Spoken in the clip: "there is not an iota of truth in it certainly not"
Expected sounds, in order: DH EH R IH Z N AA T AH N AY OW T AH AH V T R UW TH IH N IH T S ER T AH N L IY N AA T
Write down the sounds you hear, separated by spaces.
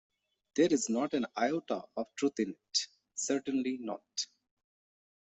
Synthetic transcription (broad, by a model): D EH R IH Z N AA T AH N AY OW T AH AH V T R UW T IH N IH T S ER T AH N L IY N AA T